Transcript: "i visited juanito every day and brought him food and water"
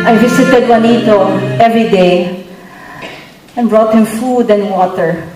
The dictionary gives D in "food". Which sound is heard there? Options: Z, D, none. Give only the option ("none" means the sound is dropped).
D